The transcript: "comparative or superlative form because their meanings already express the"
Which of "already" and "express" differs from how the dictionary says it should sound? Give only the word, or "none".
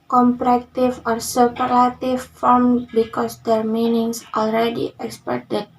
express